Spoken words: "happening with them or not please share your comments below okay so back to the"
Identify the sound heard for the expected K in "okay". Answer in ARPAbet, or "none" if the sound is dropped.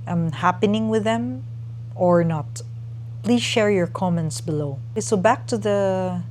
none